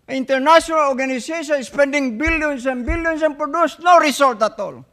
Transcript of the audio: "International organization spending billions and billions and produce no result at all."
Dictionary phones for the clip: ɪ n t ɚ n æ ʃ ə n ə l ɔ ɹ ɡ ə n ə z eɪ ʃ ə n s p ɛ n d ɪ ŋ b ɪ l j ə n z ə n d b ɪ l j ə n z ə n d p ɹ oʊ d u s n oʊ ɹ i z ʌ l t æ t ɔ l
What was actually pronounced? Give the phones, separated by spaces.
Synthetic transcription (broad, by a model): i n t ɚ n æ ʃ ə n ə l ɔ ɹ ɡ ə n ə s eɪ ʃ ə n s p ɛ n d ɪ ŋ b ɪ l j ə n s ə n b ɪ l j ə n s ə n p ɹ oʊ d u s n oʊ ɹ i s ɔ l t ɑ t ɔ l